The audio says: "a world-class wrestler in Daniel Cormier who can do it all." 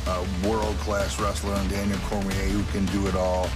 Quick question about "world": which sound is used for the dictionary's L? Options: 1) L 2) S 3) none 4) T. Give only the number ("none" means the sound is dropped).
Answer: 1